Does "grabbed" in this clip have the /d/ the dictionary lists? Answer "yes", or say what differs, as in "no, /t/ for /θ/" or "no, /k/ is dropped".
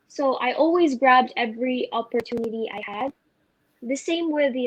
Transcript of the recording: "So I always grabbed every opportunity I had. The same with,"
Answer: yes